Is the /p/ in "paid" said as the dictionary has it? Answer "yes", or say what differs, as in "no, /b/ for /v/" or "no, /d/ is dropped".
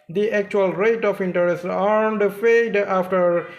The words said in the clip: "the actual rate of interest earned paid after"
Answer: no, /f/ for /p/